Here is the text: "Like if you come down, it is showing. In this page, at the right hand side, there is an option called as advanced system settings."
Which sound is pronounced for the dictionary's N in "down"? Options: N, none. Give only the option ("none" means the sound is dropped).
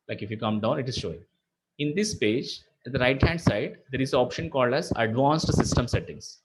N